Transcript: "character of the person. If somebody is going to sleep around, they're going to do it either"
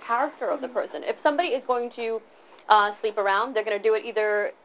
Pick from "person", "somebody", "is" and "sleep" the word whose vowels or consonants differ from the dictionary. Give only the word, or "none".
none